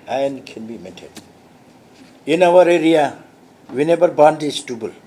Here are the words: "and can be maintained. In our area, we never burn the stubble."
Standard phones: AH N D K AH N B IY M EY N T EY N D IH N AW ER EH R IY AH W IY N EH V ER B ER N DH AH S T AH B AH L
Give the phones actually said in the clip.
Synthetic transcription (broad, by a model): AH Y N K AH N B IY M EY N T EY D IH N AW ER EH R IY AH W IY N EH B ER B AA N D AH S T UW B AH L